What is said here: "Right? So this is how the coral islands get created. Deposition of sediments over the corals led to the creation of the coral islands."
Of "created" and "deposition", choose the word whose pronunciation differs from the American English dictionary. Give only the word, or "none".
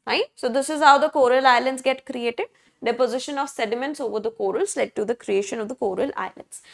none